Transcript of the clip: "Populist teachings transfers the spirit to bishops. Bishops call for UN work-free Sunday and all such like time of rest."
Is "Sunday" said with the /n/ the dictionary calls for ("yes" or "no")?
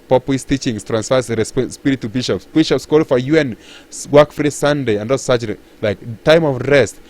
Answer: yes